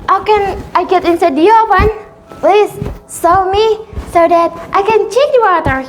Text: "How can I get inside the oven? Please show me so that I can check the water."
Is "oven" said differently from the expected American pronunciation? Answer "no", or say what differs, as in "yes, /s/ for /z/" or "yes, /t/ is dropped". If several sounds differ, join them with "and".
yes, /p/ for /v/